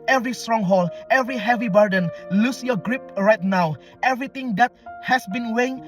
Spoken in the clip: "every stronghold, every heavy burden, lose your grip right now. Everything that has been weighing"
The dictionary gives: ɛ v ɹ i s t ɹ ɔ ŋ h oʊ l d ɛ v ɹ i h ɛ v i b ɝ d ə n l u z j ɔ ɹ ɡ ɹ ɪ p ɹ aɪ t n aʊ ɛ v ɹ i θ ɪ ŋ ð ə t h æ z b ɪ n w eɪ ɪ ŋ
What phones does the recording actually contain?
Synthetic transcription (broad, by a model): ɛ v ɹ i s t ɹ ɔ ŋ h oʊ l ɛ v ɹ i h ɛ v i b ɝ d ə n l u s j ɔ ɡ ɹ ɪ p ɹ aɪ t n aʊ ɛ v ɹ i t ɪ ŋ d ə t h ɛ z b ɪ n w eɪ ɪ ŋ